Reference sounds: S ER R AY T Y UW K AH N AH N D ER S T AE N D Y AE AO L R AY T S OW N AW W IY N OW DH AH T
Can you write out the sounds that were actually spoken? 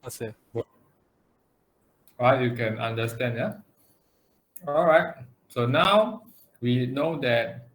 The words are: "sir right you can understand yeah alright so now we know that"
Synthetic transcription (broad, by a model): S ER R AY T Y UW K AH N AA N D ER S T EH N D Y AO AO L R AY T S OW N AW W IY N OW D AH T